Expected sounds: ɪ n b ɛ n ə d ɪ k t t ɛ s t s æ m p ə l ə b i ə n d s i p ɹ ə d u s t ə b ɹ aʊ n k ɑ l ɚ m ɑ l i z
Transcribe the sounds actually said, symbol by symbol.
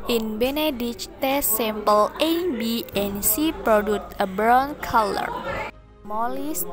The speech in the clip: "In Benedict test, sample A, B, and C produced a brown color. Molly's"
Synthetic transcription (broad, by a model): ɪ n b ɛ n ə d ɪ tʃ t t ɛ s s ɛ m p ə l ə b i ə n s i p ɹ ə d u t ə b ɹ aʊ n k ɑ l ɚ m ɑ l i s